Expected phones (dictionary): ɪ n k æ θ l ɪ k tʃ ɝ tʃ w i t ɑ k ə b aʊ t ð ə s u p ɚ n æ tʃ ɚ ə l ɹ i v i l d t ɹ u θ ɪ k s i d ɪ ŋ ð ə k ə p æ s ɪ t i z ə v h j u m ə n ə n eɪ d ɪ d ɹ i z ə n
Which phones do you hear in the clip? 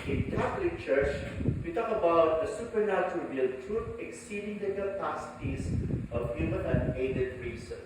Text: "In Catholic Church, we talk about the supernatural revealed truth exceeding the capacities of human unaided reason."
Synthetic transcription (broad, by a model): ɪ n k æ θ l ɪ k tʃ ɝ tʃ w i t ɑ k ə b aʊ t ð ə s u p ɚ n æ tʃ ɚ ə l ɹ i ʌ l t ɹ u t ɪ k s i d ɪ ŋ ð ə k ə p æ s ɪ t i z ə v h j u m ə n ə n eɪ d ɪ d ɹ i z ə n